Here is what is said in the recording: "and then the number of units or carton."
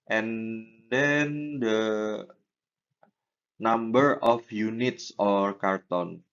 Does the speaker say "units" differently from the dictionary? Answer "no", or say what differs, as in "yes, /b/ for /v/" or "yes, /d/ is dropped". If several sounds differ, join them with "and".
no